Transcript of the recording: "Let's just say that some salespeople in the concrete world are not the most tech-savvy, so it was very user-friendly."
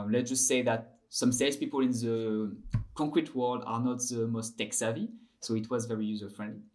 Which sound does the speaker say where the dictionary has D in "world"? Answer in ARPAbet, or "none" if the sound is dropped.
D